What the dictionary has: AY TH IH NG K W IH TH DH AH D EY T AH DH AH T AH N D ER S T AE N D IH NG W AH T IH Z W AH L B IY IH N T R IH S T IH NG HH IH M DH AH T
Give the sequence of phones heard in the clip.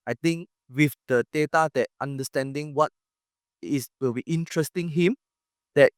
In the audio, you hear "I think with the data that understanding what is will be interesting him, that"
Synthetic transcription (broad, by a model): AY T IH NG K W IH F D AH D EY T AH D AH T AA N D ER S T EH N D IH NG W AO T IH S W AH L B IY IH N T R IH S T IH NG HH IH M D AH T